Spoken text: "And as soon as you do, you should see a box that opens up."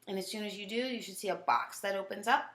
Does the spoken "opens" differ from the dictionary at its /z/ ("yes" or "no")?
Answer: no